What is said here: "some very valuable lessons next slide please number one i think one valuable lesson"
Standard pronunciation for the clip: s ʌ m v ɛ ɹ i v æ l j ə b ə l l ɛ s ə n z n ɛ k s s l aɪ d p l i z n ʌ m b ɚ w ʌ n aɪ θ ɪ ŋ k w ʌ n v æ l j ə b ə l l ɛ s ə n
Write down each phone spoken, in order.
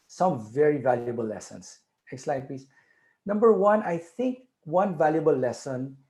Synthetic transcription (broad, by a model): s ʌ m v ɛ ɹ i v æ l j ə b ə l l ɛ s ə n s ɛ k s s l aɪ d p i s n ʌ m b ɚ w ʌ n aɪ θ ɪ ŋ k w ʌ n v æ l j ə b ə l l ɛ s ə n